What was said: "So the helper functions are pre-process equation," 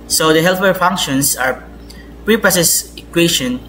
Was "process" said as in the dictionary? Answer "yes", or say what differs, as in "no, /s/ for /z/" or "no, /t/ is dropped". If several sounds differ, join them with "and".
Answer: no, /ɹ/ is dropped